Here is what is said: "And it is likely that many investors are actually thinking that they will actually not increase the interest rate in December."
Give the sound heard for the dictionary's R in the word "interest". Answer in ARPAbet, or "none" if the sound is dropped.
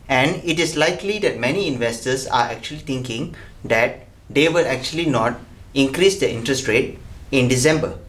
R